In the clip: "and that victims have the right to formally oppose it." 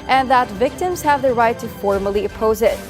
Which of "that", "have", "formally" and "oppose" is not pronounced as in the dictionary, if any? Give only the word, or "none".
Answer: none